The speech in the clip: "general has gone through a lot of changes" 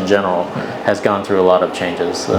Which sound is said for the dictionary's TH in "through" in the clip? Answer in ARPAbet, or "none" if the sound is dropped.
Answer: TH